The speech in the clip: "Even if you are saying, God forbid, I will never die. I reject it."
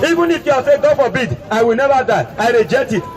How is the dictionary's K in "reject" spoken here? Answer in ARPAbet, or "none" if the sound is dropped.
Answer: none